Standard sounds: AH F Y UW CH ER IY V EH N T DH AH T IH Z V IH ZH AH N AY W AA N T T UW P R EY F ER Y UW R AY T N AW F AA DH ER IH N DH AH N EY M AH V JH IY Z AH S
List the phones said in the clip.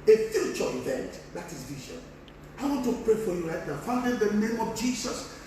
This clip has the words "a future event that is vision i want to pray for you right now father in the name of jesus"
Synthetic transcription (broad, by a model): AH F Y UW CH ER IY V EH N T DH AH T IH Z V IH SH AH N AY W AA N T T UW P R EY F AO Y UW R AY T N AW F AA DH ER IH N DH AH N EY M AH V JH IY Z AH S